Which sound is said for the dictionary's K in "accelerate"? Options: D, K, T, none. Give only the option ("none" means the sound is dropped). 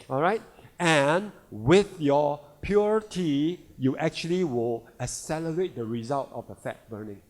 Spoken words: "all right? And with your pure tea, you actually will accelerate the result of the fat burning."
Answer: none